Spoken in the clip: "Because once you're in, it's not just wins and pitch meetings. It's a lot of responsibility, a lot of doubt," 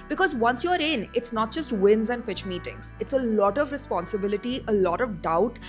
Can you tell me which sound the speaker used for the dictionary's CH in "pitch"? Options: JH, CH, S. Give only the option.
CH